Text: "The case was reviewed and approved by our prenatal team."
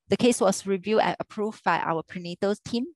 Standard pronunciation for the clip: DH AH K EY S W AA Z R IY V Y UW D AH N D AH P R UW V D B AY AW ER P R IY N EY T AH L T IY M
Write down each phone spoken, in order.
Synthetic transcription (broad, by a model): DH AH K EY S W AA S R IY V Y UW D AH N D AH P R UW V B AY AW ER P R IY N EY T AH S T IY M